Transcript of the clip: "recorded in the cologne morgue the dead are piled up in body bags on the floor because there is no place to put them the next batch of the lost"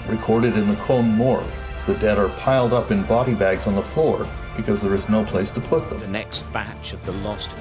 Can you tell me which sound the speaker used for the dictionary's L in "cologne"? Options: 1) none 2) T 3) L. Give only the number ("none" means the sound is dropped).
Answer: 1